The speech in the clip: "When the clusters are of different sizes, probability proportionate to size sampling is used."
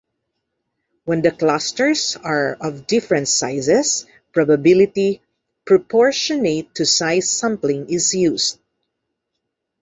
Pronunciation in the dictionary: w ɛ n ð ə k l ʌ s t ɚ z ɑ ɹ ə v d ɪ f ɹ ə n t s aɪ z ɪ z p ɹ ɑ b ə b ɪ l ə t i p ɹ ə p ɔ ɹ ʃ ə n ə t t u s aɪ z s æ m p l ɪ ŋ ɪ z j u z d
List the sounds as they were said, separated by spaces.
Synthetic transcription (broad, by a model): w ɛ n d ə k l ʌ s t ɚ s ɑ ɹ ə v d ɪ f ɹ ə n t s aɪ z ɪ s p ɹ ɑ b ə b ɪ l ə t i p ɹ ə p ɔ ɹ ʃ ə n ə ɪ t u s aɪ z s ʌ m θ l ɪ ŋ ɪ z j u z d